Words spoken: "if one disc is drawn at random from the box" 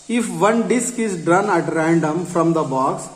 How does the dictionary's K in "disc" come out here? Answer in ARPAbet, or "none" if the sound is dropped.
K